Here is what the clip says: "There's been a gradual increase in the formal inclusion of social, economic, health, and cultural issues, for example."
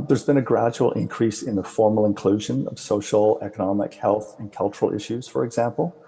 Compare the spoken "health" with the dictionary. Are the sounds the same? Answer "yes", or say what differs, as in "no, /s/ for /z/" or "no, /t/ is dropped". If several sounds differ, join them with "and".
yes